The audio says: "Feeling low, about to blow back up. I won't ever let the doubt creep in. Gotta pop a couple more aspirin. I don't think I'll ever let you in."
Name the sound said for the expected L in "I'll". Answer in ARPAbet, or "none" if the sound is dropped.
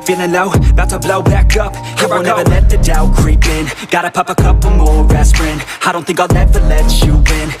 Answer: N